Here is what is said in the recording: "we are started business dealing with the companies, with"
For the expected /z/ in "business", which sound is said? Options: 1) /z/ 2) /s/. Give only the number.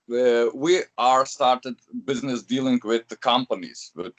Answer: 1